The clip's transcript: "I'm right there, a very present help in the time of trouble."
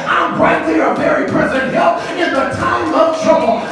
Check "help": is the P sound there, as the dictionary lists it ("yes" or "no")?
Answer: no